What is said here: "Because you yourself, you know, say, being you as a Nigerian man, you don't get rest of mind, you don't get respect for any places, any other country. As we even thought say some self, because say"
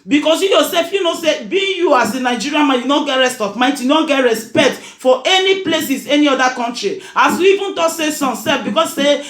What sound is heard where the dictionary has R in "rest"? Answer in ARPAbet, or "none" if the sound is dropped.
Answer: R